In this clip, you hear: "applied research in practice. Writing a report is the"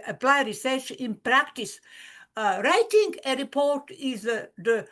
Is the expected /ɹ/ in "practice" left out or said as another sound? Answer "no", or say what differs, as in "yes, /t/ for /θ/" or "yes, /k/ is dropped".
no